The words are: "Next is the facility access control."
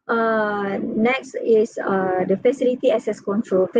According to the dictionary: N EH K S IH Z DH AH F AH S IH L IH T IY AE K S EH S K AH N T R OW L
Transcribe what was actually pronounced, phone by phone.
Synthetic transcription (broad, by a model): N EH K S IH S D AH F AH S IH L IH T IY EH S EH S K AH N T R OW L